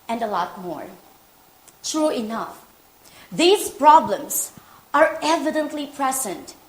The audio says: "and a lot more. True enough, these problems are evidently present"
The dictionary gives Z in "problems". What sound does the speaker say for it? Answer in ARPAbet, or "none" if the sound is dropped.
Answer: S